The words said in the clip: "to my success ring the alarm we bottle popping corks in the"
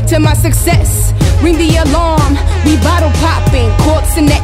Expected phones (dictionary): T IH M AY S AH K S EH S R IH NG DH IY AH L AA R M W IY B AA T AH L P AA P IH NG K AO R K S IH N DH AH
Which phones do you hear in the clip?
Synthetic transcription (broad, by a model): T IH M AY S AH K S EH S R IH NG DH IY AH L AA R M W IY B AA T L P AA P IH NG K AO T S IH N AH